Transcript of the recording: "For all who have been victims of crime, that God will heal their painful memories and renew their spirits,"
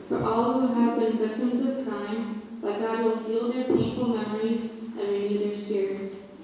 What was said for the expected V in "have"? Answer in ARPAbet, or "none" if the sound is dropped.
V